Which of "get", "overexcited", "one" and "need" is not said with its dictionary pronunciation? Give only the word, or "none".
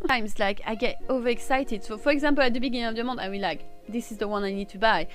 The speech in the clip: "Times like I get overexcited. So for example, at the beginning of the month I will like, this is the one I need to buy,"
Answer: none